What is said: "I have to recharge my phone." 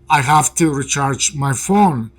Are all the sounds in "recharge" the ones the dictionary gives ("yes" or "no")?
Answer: yes